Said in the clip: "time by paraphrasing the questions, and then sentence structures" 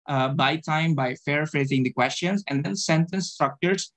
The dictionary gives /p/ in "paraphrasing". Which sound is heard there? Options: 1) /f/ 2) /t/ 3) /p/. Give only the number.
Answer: 1